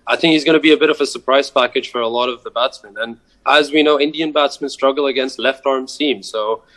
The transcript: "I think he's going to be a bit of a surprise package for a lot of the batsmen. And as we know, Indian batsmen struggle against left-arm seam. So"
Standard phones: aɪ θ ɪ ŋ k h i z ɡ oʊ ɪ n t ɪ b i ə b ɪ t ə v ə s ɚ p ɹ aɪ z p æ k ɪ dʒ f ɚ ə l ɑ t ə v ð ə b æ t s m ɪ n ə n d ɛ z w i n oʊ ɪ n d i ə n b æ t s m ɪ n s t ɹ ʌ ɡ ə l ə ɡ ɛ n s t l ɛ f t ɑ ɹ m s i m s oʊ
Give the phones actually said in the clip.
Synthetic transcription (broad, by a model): aɪ θ ɪ ŋ k h i z ɡ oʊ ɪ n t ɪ b i ə b ɪ t ə v ə s ɚ p ɹ aɪ z p æ k ɪ dʒ f ɚ ə l ɑ t ə v ð ə b æ t s m ɪ n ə n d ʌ z w i n oʊ ɪ n d i ə n b æ t s m ɪ n s t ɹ ʌ ɡ l ə ɡ ɛ n s t l ɛ f t ɑ ɹ m s i m s oʊ